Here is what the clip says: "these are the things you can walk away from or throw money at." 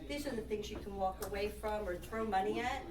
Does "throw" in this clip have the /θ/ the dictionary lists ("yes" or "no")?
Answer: yes